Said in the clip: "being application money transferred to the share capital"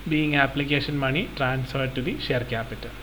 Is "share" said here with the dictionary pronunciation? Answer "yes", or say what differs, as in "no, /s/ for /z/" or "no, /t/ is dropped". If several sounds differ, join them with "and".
yes